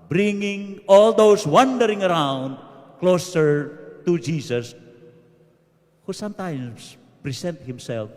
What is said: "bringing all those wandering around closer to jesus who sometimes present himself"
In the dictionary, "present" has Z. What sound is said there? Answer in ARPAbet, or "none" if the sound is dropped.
S